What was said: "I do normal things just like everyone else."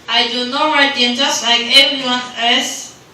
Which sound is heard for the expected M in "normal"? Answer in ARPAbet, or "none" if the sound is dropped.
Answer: none